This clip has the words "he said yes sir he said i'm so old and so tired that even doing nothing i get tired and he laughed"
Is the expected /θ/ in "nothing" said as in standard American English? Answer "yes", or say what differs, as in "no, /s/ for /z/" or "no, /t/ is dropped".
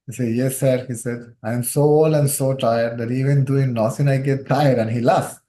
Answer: no, /s/ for /θ/